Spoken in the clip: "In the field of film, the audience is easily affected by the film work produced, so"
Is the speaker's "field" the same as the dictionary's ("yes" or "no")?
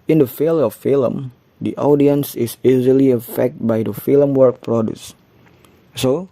no